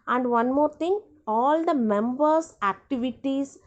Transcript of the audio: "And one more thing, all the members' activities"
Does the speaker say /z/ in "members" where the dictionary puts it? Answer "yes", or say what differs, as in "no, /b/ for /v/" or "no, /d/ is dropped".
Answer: no, /s/ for /z/